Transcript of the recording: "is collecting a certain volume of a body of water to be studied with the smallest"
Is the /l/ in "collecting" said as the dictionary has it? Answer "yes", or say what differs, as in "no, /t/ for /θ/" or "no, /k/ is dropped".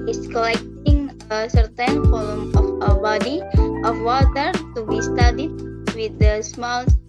yes